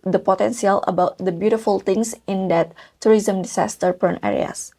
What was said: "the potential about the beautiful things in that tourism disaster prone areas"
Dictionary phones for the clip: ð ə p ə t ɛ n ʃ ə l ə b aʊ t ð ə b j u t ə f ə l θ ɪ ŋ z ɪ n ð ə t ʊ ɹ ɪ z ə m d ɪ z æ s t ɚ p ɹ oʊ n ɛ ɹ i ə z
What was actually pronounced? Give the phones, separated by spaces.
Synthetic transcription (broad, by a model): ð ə p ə t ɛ n s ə l ə b aʊ t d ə b j u t ə f ə l t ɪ ŋ s ɪ n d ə t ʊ ɹ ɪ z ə m d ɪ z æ s t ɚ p oʊ n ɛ ɹ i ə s